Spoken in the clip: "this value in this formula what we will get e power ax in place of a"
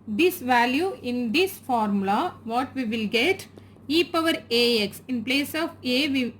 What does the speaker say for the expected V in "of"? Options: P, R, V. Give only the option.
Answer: V